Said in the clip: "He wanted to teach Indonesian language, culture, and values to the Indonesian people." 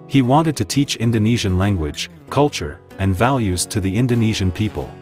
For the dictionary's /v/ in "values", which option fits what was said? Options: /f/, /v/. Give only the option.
/v/